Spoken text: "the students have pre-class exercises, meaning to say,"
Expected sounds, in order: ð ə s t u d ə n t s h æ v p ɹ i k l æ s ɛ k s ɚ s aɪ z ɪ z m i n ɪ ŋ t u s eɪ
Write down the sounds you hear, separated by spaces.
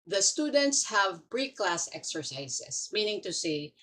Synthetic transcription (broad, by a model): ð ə s t u d ə n t s h æ v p ɹ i k l æ s ɛ k s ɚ s aɪ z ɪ s m i n ɪ ŋ t u s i